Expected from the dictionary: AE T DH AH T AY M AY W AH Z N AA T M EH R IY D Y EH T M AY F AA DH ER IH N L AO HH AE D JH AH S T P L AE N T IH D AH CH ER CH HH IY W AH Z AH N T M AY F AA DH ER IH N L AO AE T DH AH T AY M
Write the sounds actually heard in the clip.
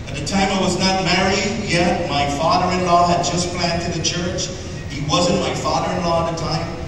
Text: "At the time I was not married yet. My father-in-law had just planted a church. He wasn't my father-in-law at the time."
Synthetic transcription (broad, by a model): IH T DH AH T AY M AY W AH Z N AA T M EH R IY D Y EH T M AY F AA DH ER IH N L AO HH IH D JH AH S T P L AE N T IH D AH CH ER CH HH IY W AH Z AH N M AY F AA DH ER IH N L AO DH AH T AY M